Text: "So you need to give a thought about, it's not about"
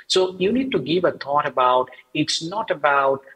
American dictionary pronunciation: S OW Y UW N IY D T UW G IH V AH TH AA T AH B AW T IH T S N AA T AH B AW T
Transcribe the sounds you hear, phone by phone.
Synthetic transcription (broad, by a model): S OW Y UW N IY D T UW G IH V AH T AA T AH B AW T IH T S N AA T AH B AW T